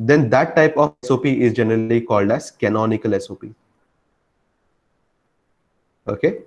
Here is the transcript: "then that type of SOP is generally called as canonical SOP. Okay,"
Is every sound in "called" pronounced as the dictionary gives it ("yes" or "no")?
yes